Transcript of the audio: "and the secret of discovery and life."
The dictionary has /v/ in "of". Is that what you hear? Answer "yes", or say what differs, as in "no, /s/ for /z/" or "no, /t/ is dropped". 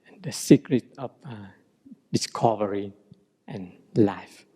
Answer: no, /f/ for /v/